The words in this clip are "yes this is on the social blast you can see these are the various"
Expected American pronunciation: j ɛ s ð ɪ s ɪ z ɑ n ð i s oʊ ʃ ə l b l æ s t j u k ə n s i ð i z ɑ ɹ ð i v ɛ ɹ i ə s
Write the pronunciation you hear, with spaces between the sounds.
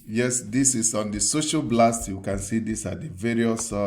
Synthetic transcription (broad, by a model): j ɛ s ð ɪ s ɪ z ɑ n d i s oʊ ʃ ə l b l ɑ s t j u k ə n s i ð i s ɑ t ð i v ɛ ɹ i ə s